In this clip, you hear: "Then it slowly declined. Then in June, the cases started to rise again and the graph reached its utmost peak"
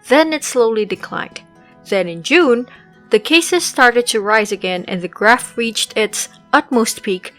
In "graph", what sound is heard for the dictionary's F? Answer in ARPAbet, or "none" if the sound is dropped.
F